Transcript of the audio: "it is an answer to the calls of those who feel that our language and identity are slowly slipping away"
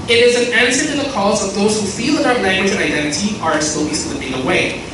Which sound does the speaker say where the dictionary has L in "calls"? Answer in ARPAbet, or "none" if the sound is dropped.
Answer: none